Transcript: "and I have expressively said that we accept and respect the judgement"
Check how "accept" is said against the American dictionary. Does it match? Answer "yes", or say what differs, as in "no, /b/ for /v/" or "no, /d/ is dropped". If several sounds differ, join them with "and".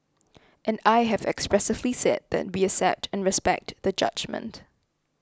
no, /k/ is dropped